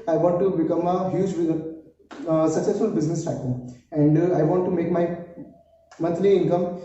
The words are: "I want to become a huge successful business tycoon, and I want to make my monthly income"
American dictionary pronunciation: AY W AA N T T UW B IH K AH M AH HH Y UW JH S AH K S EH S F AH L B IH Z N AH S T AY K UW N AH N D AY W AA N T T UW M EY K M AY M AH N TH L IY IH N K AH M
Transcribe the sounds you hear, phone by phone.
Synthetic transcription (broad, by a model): AY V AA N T T UW B IH K AH M AH HH Y UW JH S AH K S EH S F AH L B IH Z N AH S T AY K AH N AH N D AY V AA N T T UW M EY K M AY M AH N T L IY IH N K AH M